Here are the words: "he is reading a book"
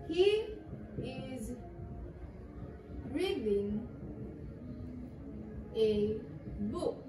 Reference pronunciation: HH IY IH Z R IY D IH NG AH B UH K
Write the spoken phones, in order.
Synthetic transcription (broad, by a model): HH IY IH Z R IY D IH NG AH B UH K